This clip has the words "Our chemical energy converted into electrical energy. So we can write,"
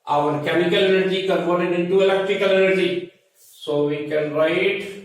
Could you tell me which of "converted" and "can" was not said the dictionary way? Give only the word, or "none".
converted